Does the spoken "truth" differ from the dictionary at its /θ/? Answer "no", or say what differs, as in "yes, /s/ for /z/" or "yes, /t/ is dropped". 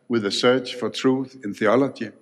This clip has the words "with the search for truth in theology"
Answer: no